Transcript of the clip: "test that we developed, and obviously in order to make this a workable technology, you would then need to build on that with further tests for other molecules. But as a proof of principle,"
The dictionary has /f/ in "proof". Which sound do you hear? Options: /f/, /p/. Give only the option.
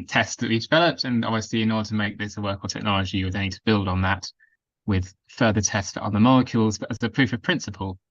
/f/